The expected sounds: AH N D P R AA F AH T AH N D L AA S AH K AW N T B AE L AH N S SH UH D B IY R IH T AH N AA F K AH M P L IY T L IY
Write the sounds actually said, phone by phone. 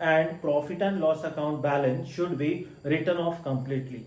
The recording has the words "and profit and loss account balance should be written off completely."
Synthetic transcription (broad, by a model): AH N D P R AA F AH T AH N D L AA S AH K AW N T B AE L AH N S SH UH D B IY R IH T AH N AA F K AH M P L IY T L IY